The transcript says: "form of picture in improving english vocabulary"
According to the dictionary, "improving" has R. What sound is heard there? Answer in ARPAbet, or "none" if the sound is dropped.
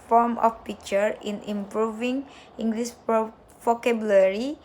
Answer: R